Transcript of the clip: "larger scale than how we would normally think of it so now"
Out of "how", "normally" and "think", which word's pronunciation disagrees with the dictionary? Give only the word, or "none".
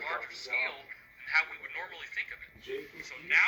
none